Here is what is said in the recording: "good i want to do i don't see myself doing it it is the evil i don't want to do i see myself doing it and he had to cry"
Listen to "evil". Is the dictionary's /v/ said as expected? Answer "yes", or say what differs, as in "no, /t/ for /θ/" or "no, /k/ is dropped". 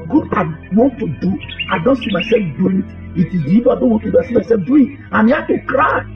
no, /b/ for /v/